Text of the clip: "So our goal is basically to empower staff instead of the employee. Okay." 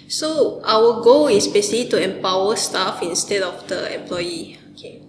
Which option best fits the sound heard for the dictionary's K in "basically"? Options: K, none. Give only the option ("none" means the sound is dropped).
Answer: none